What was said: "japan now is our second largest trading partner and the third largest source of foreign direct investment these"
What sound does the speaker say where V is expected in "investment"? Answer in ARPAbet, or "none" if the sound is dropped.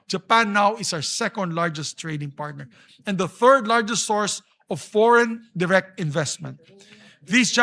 V